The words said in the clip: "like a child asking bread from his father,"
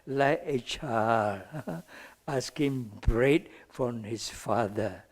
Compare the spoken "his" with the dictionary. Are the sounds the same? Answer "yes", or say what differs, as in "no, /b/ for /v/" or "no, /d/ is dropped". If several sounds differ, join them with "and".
no, /s/ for /z/